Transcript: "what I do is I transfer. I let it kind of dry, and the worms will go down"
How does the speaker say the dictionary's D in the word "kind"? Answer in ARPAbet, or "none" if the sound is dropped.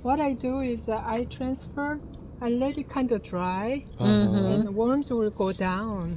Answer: D